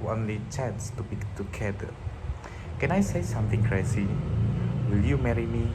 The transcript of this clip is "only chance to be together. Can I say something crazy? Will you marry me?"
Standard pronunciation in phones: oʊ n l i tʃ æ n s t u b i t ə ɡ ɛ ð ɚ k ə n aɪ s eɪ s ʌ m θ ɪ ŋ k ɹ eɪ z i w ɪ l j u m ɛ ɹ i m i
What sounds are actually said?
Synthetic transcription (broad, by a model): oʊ n l i tʃ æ n s t u b i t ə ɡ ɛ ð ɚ k ə n aɪ s eɪ s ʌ m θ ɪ ŋ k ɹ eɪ s i w ɪ l j u m ɛ ɹ i m i